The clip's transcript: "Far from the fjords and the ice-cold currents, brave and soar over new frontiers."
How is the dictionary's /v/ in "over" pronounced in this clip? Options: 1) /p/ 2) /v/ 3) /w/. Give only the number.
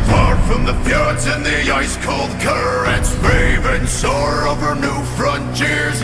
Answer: 2